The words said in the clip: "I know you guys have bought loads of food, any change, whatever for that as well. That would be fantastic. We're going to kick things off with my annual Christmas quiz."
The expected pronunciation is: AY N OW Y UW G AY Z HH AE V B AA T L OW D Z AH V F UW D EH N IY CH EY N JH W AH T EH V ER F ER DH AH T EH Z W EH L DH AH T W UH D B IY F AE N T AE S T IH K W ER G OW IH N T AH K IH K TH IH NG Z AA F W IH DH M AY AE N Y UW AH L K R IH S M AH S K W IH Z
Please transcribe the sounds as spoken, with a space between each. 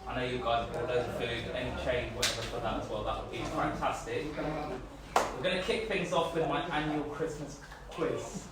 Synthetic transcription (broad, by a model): AY N OW Y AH G AY Z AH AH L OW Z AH F UW D EH N IY CH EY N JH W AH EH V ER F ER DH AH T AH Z W EH L DH AH T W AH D B IY F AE N T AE S T IH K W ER G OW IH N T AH K IH K TH IH NG Z AA F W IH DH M AY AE N Y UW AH L K R IH S M AH S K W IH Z